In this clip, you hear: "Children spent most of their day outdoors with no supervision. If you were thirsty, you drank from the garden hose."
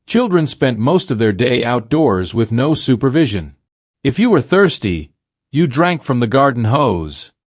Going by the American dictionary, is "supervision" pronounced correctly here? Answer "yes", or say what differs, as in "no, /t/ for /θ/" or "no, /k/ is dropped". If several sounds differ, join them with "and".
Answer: yes